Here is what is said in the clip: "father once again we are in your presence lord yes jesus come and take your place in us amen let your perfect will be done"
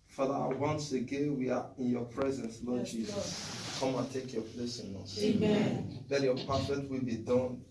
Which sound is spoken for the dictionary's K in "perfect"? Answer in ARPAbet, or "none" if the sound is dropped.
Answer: none